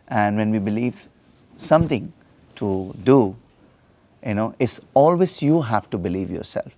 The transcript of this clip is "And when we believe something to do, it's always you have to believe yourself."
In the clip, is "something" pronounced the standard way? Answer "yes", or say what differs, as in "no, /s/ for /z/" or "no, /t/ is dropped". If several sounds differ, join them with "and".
no, /t/ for /θ/